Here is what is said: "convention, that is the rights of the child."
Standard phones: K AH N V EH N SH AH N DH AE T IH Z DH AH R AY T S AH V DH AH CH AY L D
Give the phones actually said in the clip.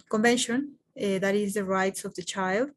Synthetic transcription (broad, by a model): K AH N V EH N SH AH N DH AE T IH Z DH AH R AY T S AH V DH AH CH AY L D